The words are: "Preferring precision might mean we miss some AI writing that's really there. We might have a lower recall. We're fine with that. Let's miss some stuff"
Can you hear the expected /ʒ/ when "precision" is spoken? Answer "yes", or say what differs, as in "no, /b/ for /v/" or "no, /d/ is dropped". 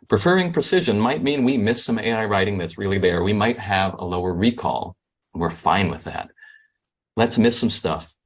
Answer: yes